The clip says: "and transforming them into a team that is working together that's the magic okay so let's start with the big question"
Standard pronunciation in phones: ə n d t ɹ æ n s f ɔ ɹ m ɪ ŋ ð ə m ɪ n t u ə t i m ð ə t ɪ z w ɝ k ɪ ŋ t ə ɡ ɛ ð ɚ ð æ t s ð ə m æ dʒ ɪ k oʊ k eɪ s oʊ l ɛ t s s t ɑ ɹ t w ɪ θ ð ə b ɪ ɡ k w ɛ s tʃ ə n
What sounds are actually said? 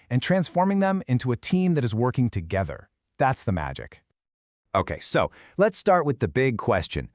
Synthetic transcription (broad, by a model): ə n t ɹ æ n s f ɔ ɹ m ɪ ŋ ð ə m ɪ n t u ə t i m ð ə t ɪ z w ɝ k ɪ ŋ t ə ɡ ɛ ð ɚ ð æ t s ð ə m æ dʒ ɪ k oʊ k eɪ s oʊ l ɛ t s s t ɑ ɹ t w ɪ ð ə b ɪ ɡ k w ɛ s tʃ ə n